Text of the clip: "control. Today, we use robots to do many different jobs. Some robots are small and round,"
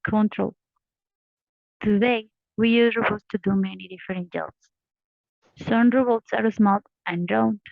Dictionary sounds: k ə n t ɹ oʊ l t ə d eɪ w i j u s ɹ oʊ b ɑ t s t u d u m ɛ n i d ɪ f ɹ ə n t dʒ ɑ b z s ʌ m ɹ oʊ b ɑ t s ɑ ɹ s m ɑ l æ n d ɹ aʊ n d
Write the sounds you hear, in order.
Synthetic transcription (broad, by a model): k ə n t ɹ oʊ l t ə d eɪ w i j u ɹ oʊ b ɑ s t u d u m ɛ n i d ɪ f ɹ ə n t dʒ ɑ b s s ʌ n ɹ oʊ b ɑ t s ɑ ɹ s m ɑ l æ n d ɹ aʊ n